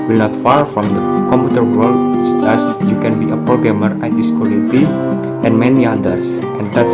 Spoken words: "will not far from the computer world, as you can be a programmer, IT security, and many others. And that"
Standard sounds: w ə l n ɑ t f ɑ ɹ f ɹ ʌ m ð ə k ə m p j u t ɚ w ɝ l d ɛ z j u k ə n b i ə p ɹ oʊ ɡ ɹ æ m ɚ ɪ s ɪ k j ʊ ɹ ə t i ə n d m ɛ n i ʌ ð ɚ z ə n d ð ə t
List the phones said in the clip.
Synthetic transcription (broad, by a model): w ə l n ɑ t f ɑ ɹ f ɹ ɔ m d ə k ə m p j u t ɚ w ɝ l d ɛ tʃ j u k ə n b i ə p ɹ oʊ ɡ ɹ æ m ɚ ɪ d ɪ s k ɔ l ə t i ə n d m ɛ n i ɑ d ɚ s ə n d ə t